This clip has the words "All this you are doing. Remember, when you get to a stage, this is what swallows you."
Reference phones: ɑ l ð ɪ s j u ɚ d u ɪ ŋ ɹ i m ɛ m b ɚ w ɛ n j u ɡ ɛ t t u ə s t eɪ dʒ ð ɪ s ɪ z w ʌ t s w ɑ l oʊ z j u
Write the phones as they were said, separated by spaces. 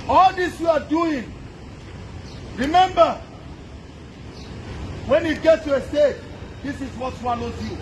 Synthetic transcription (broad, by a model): ɑ l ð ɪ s j u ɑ d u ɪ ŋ ɹ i m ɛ m b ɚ w ɛ n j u ɡ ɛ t t u ə s t eɪ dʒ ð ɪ s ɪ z w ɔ t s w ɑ n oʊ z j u